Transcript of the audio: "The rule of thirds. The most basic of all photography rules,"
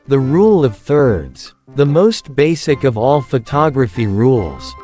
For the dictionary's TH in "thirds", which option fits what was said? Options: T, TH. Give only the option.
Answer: TH